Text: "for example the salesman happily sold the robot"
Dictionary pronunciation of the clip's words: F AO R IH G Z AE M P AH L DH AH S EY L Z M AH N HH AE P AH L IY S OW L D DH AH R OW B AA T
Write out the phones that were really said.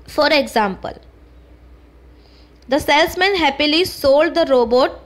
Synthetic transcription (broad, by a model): F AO R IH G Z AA M P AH L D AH S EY L S M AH N HH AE P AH L IY S OW L D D AH R OW B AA T